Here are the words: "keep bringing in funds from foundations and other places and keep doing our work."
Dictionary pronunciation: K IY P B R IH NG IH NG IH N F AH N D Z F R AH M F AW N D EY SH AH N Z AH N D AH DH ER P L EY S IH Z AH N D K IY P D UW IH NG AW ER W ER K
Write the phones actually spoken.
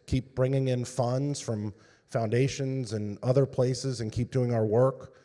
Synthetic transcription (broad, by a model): K IY P B R IH NG IH NG IH N F AH N D Z F R AH M F AW N D EY SH AH N Z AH N AH DH ER P L EY S IH Z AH N K IY P D UW IH NG AW ER W ER K